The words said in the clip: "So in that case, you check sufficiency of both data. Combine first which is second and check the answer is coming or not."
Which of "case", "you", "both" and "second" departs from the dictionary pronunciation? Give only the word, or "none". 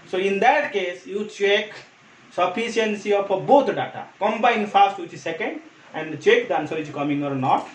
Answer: both